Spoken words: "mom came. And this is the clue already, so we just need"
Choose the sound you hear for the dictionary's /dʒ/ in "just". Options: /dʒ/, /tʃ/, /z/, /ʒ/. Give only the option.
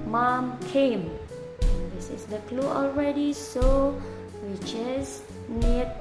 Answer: /tʃ/